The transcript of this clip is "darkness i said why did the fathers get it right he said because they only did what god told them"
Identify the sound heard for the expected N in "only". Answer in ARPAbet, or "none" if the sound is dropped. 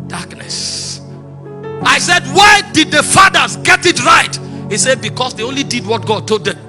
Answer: N